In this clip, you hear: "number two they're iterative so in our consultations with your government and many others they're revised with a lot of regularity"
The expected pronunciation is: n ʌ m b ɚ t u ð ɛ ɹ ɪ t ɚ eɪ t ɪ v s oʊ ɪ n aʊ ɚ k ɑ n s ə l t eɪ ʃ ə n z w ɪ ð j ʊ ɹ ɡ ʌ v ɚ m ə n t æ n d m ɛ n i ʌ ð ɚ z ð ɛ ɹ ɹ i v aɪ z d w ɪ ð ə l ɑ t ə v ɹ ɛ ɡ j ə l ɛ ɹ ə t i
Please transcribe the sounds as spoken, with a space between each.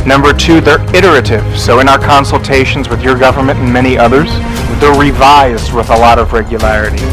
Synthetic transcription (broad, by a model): n ʌ m b ɚ t u ð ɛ ɹ ɪ t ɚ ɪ t ɪ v s oʊ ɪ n aʊ ɚ k ɑ n s l t eɪ ʃ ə n z w ɪ ð j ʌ ɹ ɡ ʌ v ɚ m ə n t n m ɛ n i ʌ ð ɚ z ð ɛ ɹ ɹ i v aɪ z d w ɪ ð ə l ɑ t ə v ɹ ɛ ɡ j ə l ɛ ɹ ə t i